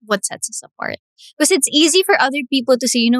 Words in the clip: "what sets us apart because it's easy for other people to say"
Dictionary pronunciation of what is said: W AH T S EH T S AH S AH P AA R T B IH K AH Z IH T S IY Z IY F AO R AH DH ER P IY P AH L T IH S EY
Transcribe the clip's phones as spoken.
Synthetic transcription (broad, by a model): W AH T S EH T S AH S AH P AA R T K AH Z IH T S IY Z IY F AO R AH DH ER P IY P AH L T IH S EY